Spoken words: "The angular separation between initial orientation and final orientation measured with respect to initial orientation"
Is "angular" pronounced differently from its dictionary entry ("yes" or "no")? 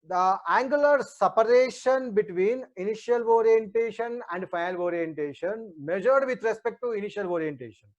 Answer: no